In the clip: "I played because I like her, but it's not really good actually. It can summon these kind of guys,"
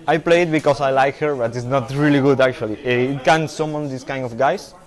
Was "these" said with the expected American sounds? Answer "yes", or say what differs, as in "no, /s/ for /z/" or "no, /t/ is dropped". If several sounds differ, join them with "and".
no, /s/ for /z/